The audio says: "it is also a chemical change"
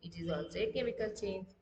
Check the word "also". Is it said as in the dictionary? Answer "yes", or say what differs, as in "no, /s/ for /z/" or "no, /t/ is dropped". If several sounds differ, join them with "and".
no, /l/ is dropped